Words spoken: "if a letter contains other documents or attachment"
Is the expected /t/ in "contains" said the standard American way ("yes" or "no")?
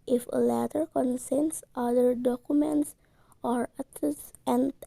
no